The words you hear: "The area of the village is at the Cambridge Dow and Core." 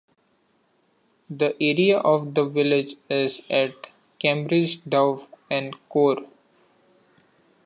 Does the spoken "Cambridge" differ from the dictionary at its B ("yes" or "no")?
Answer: no